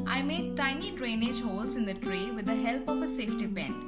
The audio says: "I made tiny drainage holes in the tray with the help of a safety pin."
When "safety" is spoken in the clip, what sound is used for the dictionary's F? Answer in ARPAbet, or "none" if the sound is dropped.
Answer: F